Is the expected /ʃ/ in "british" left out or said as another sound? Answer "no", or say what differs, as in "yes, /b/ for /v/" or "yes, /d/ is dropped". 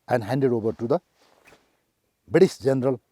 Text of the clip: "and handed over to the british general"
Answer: yes, /s/ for /ʃ/